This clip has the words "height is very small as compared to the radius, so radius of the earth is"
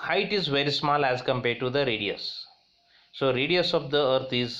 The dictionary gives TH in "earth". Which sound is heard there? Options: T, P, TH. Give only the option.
T